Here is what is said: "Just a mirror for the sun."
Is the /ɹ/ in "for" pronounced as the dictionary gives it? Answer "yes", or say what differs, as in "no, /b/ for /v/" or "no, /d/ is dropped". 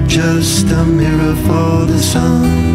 no, /l/ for /ɹ/